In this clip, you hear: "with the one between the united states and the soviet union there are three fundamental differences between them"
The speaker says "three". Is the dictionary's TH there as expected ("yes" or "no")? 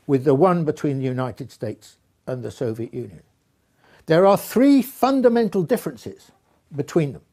yes